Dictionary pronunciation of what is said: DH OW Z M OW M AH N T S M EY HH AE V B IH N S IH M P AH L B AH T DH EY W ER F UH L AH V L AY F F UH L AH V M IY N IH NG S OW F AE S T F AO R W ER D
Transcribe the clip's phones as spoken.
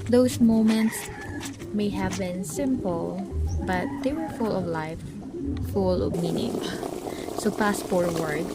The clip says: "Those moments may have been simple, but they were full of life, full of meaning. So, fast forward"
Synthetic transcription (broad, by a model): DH OW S M OW M AH N T S M EY HH AE V B IH N S IH M P AH L B AH T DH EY W ER F UH L AH V L AY F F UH L AH V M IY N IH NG S OW P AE S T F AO R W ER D